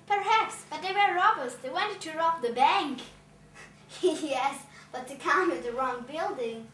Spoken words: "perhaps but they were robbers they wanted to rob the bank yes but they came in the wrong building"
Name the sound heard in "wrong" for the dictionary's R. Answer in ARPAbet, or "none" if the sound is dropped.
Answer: R